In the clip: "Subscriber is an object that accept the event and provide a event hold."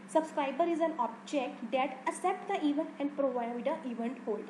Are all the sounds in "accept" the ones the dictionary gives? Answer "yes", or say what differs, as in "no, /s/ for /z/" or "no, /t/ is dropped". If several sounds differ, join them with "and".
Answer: no, /k/ is dropped